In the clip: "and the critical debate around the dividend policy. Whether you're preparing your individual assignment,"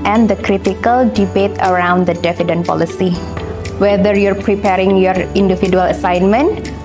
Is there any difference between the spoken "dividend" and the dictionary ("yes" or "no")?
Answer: yes